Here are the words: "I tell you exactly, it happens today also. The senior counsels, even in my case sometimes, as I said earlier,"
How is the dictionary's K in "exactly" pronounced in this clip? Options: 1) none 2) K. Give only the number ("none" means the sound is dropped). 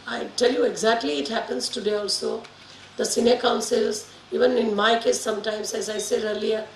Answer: 2